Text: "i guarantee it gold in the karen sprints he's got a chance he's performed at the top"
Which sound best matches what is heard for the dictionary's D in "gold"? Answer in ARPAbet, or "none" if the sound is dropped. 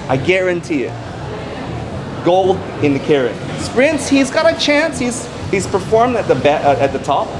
D